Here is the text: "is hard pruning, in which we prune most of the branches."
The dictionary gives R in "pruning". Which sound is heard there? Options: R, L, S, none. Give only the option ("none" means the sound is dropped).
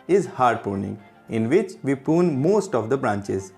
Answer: none